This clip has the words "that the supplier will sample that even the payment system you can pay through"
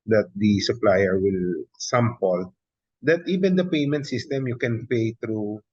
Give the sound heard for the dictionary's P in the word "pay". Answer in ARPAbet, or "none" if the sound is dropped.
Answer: P